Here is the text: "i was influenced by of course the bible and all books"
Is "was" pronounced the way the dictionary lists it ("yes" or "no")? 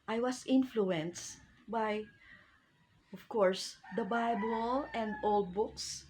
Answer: no